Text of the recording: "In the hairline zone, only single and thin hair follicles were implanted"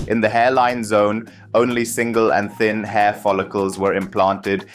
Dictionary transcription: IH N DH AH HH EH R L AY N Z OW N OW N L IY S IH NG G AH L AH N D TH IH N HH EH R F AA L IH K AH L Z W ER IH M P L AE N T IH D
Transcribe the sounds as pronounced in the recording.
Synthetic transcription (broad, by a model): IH N DH AH HH EH R L AY N Z OW N OW N L IY S IH NG G AH L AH N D TH IH N HH EH R F AA L IH K AH L Z W ER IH M P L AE N T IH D